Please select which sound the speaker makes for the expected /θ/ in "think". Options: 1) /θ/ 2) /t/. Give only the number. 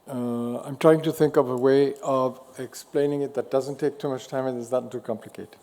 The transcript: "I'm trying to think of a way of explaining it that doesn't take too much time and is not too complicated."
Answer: 1